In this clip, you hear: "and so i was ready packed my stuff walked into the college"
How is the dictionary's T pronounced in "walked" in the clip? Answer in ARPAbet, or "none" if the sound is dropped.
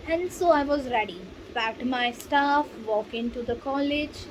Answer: none